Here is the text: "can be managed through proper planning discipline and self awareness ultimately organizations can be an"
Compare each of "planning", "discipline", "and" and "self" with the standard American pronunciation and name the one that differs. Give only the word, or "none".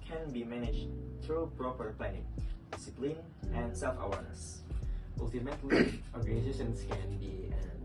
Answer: planning